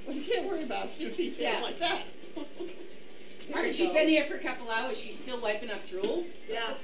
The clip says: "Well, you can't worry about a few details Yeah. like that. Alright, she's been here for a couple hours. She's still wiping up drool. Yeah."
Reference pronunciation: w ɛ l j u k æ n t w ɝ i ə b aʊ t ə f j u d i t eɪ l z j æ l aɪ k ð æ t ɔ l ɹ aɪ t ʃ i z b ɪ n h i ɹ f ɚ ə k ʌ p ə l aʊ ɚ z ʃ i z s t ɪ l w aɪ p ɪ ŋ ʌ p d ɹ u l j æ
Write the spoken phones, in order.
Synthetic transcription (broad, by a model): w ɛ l j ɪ k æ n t w ɝ i ə b aʊ t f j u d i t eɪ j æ l aɪ k ð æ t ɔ ɹ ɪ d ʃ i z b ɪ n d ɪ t f ɚ ə k ʌ p l aʊ ɚ z ʃ i z s t ɪ l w aɪ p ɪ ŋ ʌ p d ɹ u l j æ